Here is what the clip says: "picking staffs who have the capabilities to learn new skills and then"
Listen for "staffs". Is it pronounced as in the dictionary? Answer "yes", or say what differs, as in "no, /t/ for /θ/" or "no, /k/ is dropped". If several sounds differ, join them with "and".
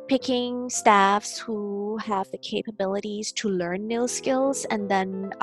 yes